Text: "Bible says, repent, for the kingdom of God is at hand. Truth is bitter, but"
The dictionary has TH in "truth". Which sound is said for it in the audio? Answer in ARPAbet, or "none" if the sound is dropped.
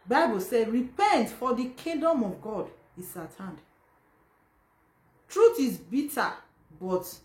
T